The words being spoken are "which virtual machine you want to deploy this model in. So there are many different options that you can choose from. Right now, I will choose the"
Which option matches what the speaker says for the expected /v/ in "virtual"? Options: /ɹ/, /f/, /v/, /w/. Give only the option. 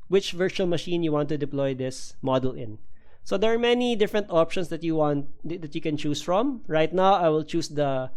/v/